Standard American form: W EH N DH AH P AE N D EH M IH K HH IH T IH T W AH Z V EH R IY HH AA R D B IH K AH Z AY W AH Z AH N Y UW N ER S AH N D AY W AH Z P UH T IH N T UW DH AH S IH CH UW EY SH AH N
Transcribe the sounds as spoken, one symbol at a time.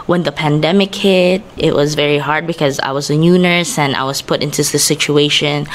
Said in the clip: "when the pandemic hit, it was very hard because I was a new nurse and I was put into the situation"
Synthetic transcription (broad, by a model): W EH N DH AH P AE N D EH M IH K HH IH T IH T W AH Z V EH R IY HH AA R D B IH K AH Z AY W AH Z AH N Y UW N ER S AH N AY W AH Z P UH T IH N T UW DH AH S IH CH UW EY SH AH N